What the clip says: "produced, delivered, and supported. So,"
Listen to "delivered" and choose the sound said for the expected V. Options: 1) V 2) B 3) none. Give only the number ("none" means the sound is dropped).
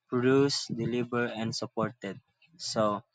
2